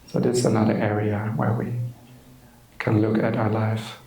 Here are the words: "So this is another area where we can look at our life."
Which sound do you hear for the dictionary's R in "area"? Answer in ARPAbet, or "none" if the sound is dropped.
R